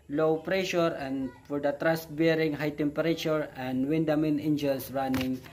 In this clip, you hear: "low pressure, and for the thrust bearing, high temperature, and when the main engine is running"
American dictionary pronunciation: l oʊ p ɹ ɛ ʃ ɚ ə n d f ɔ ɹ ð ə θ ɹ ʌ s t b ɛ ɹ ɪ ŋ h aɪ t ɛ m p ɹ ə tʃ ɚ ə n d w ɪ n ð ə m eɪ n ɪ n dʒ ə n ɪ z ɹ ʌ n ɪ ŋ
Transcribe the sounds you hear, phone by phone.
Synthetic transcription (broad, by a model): l oʊ p ɹ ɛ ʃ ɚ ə n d f ɔ ɹ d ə t ɹ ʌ s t b ɛ ɹ ɪ ŋ h aɪ t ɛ m p ɹ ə tʃ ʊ ə n d w ɪ n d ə m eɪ n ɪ n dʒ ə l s ɹ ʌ n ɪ ŋ